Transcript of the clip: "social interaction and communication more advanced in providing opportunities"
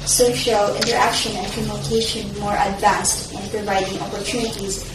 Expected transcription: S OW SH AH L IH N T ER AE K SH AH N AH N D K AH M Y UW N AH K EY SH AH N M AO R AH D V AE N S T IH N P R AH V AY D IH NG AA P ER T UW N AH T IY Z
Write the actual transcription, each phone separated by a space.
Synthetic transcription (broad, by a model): S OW SH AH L IH N T ER AE K SH AH N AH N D K AH M Y UW N AH K EY SH AH N M AO R AH D V AE N S T IH N P R AH V AY D IH NG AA P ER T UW N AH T IY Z